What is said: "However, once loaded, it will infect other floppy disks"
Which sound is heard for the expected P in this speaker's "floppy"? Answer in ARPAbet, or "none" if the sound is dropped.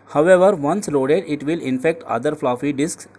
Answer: F